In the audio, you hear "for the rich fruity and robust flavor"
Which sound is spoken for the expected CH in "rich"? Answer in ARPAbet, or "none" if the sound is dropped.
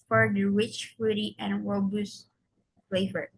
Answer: CH